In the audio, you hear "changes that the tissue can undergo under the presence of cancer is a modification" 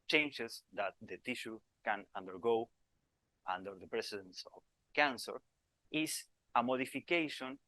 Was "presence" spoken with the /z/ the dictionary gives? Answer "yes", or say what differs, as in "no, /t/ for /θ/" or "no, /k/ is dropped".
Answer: no, /s/ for /z/